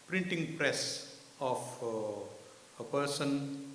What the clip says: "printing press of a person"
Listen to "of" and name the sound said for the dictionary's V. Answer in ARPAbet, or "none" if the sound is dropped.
F